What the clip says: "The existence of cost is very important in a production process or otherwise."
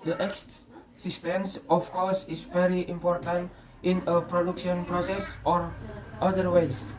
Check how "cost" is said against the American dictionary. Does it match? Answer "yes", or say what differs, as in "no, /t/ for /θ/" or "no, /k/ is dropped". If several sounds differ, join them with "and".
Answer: no, /t/ is dropped